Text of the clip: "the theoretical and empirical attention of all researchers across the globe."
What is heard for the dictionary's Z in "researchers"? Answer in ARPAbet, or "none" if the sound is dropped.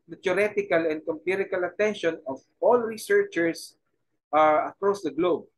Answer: S